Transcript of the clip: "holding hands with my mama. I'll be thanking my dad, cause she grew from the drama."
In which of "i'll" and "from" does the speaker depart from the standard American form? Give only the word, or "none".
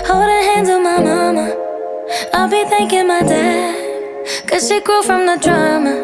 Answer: none